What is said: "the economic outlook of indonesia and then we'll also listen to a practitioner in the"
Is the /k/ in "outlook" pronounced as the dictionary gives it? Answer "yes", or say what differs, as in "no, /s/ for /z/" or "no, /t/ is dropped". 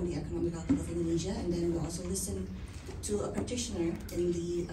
no, /k/ is dropped